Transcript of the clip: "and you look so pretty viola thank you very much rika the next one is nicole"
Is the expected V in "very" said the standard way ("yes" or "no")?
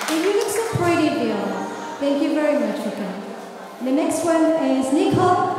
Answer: yes